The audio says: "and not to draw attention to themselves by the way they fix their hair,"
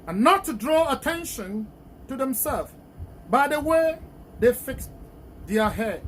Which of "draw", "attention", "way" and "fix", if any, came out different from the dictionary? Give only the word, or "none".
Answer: none